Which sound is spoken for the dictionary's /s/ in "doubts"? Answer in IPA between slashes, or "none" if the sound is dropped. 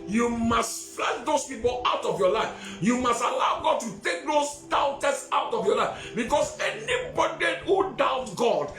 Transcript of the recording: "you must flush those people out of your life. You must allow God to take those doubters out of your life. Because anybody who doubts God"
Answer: none